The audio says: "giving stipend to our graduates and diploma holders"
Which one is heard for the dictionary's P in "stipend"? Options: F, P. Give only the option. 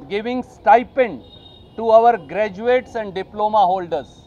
P